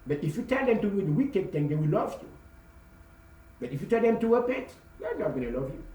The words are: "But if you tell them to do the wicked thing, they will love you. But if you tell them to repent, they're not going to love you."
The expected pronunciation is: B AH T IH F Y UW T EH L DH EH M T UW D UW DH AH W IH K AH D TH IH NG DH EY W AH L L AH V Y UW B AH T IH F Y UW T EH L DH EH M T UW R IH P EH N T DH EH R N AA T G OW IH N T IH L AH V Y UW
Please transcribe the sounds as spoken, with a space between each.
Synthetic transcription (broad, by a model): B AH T IH F Y UW T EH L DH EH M T UW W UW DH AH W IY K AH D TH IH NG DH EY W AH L L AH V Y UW B AH T IH F Y UW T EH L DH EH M T UW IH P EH T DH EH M N AA T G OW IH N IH L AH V Y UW